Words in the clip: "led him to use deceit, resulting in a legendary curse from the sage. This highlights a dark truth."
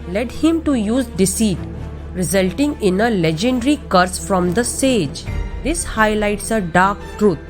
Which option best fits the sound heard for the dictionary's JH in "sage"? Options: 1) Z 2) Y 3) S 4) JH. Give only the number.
4